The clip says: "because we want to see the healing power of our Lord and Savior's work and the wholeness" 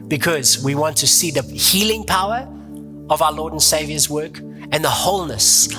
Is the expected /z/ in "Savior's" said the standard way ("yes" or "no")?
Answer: yes